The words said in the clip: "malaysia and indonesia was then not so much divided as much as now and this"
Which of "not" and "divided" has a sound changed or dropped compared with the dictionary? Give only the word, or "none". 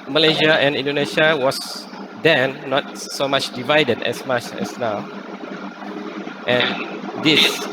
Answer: none